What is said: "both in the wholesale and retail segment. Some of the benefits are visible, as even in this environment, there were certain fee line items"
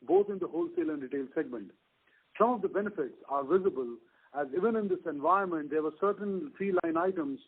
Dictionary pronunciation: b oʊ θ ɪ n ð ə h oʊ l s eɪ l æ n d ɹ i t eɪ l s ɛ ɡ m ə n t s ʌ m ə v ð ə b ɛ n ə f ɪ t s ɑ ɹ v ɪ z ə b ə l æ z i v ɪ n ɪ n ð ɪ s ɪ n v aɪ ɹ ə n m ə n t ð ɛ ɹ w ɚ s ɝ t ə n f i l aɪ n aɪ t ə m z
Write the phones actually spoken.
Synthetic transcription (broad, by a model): b oʊ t ɪ n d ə h oʊ l s eɪ l æ n d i t eɪ l s ɛ ɡ m ə n t s ʌ m ə v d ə b ɛ n ə f ɪ t s ɑ ɹ v ɪ z ə b ə l æ z i v ɪ n ɪ n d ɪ s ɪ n v aɪ ə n m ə n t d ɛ ɹ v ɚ s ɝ t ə n f i l aɪ n aɪ t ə m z